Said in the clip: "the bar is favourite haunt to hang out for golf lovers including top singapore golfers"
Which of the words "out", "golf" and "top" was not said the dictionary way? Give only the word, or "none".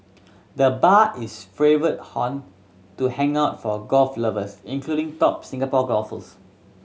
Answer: none